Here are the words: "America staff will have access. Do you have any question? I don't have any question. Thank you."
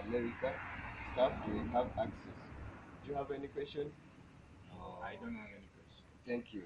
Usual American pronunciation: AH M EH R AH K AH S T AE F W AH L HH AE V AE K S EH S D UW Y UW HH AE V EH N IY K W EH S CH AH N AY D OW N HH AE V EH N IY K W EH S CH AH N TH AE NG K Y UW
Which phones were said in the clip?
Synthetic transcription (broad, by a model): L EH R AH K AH S T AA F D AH N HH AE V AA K S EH S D Y UW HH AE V EH N IY K W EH S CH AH N AY D OW N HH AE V EH N IY K W EH S CH AH N T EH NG K Y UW